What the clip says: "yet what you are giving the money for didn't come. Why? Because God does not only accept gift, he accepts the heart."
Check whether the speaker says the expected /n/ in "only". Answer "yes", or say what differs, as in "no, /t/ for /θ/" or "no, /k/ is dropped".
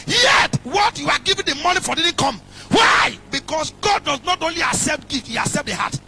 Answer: yes